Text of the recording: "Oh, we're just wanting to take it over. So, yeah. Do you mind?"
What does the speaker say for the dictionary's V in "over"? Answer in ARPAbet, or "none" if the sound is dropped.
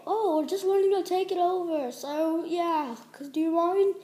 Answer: V